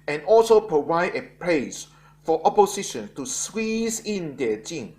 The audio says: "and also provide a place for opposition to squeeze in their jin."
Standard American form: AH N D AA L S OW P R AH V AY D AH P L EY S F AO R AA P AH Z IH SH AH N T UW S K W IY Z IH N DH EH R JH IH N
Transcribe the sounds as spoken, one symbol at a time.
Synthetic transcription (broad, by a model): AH N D AA L S OW P R AH V AY D AH P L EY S F AO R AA P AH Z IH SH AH N T UW S W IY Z IH N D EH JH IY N